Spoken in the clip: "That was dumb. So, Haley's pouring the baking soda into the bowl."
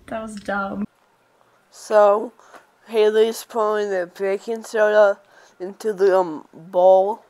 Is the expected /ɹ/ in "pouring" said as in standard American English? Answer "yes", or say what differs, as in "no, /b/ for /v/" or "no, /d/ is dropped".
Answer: no, /l/ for /ɹ/